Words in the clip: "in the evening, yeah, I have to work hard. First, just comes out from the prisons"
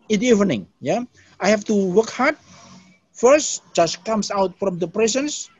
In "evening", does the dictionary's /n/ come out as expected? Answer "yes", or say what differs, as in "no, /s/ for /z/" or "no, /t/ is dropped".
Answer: yes